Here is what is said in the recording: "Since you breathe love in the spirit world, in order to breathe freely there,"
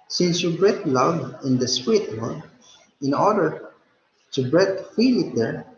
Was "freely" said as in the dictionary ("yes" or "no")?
no